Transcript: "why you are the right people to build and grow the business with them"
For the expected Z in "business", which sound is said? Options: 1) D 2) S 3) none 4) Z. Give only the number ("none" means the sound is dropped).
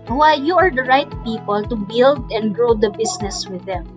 2